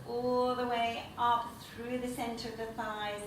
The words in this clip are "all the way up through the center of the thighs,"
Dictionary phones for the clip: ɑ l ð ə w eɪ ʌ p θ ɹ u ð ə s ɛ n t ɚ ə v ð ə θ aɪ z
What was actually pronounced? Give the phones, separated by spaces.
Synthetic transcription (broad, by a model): ɑ l ð ə w eɪ ʌ p θ ɹ u ð ə s ɛ n t ɚ ə v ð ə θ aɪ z